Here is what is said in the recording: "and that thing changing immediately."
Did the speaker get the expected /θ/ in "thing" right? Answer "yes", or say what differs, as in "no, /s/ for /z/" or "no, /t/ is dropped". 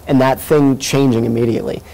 yes